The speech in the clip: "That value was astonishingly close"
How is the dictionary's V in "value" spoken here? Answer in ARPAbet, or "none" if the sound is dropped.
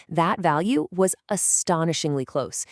V